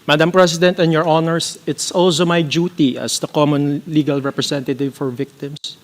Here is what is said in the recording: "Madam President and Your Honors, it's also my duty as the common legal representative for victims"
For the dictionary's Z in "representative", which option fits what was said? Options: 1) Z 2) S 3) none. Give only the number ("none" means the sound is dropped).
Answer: 2